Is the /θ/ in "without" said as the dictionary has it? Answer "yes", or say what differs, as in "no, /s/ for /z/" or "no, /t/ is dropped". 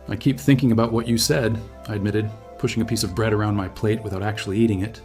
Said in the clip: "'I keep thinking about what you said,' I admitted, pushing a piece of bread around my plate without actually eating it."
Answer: yes